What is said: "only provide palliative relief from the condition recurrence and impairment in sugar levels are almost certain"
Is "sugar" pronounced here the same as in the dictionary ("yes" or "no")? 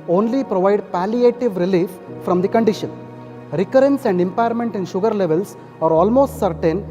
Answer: yes